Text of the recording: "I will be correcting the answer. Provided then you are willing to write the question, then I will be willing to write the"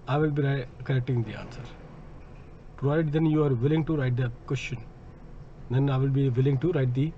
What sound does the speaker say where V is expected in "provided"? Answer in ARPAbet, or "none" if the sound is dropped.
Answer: none